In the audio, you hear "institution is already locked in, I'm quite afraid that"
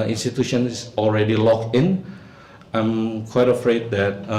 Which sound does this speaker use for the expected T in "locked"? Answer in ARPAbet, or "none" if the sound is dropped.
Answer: none